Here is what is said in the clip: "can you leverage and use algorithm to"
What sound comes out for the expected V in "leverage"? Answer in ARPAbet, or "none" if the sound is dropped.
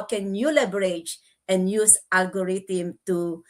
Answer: B